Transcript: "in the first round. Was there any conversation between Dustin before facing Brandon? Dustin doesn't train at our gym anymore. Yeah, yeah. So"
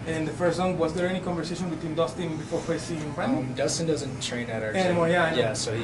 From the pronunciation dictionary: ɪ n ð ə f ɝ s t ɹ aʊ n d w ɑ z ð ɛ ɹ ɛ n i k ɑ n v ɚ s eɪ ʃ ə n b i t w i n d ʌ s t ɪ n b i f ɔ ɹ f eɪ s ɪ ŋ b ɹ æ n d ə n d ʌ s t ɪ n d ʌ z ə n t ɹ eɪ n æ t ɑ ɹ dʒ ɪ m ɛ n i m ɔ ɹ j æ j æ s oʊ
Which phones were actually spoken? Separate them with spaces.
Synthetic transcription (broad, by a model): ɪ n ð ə f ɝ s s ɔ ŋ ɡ w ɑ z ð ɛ ɹ ɛ n i k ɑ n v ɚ s eɪ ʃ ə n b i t w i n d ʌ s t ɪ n b i f ɔ ɹ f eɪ s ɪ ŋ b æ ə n d ʌ s t ɪ n d ʌ z ə n t ɹ eɪ n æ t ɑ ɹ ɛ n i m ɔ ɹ j æ j æ s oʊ